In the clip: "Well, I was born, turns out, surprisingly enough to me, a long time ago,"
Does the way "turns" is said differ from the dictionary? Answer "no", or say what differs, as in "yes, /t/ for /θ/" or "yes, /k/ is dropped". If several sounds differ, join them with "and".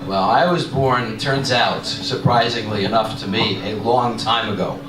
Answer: no